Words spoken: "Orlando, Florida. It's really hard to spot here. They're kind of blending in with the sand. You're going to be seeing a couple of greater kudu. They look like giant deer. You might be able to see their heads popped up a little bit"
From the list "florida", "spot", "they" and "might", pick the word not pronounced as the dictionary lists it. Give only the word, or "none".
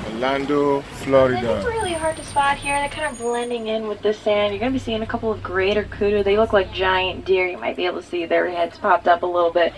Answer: none